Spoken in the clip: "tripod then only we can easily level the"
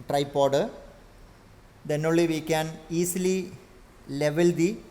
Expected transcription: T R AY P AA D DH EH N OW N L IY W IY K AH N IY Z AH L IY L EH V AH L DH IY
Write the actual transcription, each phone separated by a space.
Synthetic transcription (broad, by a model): T R AY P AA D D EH N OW L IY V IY K AH N IY S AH L IY L EH V AH L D IY